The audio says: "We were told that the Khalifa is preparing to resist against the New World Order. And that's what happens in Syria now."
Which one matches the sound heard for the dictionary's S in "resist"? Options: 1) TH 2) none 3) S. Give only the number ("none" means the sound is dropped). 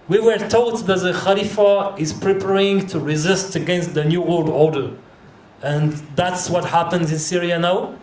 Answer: 3